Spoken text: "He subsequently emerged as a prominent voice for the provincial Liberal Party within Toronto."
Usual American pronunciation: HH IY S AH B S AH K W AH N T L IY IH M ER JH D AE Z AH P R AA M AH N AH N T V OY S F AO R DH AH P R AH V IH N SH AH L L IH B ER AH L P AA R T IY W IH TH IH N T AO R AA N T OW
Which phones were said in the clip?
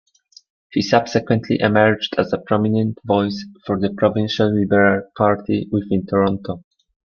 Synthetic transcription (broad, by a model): HH IY S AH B S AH K W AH N T L IY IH M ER JH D AE Z AH P R AA M AH N AH N T V OY S F AO R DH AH P R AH V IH N SH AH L L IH B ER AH L P AA R T IY W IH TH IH N T AO R AA N T OW